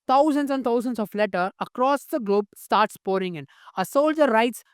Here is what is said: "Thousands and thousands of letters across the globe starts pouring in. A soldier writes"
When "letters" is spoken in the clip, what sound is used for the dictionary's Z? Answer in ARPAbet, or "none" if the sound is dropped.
none